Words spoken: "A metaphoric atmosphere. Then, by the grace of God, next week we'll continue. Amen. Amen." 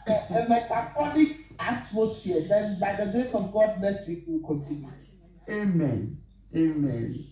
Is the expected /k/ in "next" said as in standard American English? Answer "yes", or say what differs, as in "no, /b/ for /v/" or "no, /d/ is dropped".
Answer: no, /k/ is dropped